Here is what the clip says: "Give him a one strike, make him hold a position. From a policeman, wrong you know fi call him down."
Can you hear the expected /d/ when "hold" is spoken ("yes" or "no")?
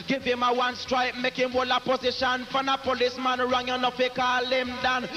no